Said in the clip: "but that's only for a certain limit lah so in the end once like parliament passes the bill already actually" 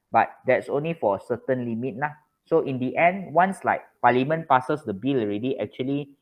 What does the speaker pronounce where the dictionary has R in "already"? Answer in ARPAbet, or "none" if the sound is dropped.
R